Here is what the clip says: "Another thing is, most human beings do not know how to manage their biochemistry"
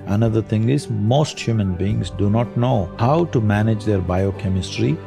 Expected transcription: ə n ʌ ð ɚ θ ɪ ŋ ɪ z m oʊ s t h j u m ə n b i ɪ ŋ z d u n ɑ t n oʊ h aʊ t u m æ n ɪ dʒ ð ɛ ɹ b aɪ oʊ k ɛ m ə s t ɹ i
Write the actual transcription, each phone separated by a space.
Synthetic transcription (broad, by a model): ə n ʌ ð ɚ t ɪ ŋ ɪ z m oʊ s t h j u m ə n b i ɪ ŋ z d u n ɑ t n oʊ h aʊ t u m æ n ɪ dʒ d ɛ ɹ b aɪ oʊ k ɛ m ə s t ɹ i